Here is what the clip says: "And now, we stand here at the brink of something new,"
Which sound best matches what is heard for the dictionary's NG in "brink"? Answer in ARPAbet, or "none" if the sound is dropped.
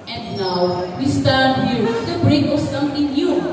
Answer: none